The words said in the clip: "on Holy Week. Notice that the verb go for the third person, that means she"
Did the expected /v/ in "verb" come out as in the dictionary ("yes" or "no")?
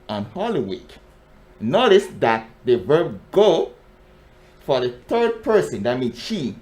yes